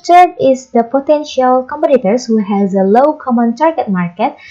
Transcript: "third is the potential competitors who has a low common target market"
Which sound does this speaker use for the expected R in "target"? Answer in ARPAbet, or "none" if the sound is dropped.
R